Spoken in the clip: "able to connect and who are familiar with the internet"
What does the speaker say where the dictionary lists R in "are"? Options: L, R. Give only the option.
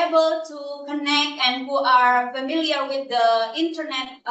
R